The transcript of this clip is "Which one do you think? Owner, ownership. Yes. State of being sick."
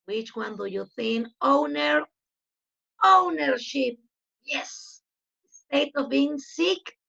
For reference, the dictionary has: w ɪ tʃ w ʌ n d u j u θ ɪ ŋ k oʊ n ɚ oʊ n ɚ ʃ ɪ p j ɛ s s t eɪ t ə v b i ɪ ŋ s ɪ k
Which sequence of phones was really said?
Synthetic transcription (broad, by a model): w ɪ tʃ w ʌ n d u j u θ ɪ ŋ oʊ n ɚ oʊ n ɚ ʃ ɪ p j ɛ s s t eɪ t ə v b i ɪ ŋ s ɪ k